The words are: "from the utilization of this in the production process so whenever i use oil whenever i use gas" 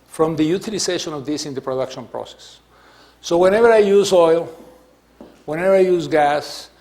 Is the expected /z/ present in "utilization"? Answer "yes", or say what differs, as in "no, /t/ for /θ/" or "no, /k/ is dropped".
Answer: no, /s/ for /z/